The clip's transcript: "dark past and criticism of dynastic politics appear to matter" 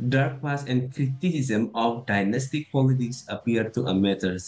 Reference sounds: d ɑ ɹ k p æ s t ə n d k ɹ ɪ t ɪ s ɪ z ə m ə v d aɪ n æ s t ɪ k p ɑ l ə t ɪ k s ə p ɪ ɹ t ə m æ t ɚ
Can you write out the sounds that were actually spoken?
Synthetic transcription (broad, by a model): d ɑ ɹ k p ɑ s ə n d k ɹ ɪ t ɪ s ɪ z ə m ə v d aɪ n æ s t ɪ k p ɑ l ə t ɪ k s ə p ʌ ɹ t ə m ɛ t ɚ